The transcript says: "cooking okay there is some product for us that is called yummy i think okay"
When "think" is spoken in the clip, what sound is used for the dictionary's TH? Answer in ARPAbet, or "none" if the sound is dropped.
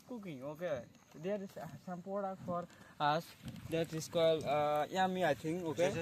T